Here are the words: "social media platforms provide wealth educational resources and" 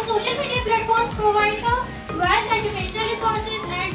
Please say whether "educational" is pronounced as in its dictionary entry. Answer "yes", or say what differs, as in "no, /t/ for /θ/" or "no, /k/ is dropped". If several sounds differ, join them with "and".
yes